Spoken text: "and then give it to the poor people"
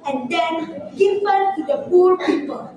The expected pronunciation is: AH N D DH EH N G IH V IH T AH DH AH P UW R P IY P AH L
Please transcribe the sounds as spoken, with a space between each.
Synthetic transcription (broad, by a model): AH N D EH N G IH F IH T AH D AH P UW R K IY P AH